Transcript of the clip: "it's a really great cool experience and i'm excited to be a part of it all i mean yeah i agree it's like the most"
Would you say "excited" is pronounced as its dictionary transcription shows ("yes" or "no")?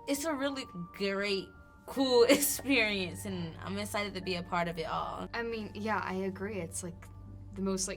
no